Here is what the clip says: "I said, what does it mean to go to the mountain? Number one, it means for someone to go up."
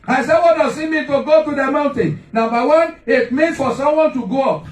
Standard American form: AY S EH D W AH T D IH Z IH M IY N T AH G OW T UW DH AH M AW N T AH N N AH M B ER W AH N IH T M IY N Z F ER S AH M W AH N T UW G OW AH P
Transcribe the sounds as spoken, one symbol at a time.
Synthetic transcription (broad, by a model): AY S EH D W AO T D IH S IH M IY T AH G OW T UW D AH M AW N T AH N N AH M B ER W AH N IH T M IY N F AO S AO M W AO N T UW G OW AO P